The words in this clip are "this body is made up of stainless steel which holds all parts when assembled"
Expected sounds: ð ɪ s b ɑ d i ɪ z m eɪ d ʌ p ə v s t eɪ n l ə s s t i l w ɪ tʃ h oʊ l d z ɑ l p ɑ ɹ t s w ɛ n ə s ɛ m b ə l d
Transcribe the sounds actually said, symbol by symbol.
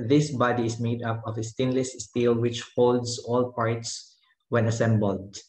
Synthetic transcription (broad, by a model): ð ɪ s b ɑ d i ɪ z m eɪ d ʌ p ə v s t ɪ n l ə s s t i l w ɪ tʃ h oʊ l d s ɑ l p ɑ ɹ t s w ɛ n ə s ɛ m b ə l d